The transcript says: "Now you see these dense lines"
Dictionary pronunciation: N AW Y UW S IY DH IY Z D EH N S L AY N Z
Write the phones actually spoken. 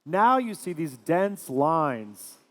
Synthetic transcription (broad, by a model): N AW Y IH S IY DH IY Z D EH N S L AY N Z